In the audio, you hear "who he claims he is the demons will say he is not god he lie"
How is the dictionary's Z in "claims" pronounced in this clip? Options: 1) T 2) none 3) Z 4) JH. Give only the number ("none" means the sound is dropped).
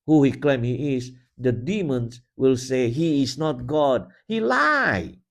2